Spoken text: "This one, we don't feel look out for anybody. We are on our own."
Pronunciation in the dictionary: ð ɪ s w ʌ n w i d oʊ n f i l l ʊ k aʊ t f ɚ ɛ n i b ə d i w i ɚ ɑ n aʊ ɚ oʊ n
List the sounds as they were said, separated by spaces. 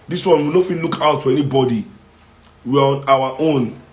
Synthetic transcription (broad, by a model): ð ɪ s w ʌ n w i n oʊ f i n l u k aʊ t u ɛ n i b ə d i w i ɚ ɑ n aʊ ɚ oʊ n